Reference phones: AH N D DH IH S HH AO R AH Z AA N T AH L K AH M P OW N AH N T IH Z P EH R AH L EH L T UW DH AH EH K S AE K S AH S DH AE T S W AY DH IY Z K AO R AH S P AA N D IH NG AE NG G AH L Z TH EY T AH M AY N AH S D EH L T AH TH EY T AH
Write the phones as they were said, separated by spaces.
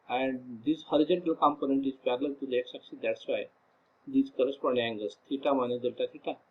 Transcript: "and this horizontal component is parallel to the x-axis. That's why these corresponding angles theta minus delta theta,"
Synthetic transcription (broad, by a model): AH N D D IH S HH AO R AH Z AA N T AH L K AH M P OW N AH N T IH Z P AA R L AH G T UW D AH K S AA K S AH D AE T S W AY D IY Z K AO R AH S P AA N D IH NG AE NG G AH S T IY T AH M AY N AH D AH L T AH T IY T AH